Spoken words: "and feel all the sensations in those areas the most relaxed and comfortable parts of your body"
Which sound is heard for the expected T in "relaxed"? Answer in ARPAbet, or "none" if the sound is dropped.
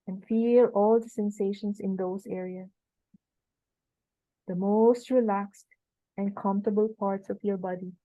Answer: T